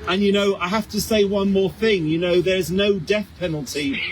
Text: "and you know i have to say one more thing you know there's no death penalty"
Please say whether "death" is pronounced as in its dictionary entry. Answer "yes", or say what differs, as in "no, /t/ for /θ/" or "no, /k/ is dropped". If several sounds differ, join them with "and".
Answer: yes